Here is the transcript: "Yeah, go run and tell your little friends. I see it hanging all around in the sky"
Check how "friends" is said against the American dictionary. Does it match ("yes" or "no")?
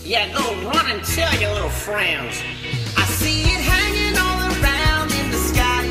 yes